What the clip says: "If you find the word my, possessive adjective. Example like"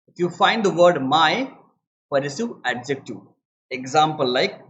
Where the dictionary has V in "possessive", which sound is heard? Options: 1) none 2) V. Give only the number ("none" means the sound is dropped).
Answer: 1